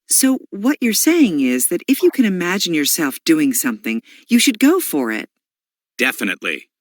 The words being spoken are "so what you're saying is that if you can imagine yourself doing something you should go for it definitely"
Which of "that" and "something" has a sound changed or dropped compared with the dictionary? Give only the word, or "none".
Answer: none